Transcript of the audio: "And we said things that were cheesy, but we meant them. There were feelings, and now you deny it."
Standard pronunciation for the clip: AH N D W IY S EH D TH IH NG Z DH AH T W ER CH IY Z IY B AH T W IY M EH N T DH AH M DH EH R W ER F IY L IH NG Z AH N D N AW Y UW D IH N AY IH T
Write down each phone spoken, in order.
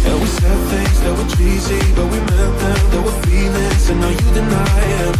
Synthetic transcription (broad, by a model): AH W IY S EH D TH IH NG Z DH AH T W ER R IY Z IY B AH T W IY M EH N T DH AH M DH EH W ER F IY N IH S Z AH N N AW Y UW D IH N AY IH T